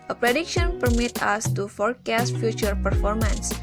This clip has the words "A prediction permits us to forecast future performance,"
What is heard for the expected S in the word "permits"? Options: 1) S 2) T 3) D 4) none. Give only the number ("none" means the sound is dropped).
4